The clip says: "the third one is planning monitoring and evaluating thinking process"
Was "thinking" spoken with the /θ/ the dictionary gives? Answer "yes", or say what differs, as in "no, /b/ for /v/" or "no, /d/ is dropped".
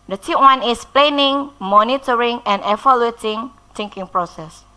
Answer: no, /t/ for /θ/